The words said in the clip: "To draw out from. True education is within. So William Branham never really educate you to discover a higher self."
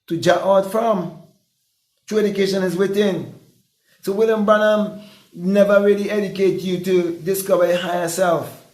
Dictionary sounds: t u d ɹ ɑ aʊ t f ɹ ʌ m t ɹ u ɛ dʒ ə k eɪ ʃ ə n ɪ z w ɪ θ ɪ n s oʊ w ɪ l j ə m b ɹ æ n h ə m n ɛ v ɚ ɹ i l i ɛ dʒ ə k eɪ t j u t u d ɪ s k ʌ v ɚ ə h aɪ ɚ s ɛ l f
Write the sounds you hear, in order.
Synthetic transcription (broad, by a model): t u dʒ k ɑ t f ɹ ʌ m t ɹ u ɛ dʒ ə k eɪ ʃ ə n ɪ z w ɪ θ ɪ n s oʊ w ɪ l j ə m b ʌ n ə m n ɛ v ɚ ɹ i l i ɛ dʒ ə k eɪ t j u t u d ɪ s k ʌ v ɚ ə h aɪ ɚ s ɛ l f